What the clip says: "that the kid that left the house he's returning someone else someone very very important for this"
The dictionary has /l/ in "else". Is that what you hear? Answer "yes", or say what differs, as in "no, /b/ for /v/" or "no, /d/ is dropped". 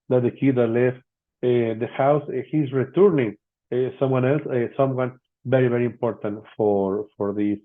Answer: yes